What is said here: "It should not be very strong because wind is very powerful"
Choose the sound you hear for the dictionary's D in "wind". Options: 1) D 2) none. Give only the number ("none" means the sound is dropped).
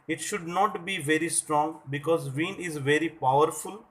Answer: 2